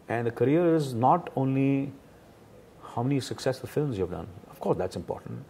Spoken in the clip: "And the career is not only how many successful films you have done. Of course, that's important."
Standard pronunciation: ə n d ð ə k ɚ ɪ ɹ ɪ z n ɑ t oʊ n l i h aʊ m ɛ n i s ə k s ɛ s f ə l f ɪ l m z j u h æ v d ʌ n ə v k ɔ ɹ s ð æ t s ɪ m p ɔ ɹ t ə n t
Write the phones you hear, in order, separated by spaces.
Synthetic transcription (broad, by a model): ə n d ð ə k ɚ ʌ ɹ ɪ z n ɑ t oʊ n l i h aʊ m ɛ n i s ə k s ɛ s f ə l f ɪ l m z j u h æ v d ʌ n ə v k ɔ ɹ s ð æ t s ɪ m p ɔ ɹ t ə n t